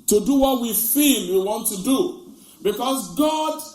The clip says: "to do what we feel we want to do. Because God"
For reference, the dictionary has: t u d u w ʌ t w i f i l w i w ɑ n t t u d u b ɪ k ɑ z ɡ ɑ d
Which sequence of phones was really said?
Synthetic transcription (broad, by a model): t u d u w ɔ t w i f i n w i w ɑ n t t u d u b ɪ k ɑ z ɡ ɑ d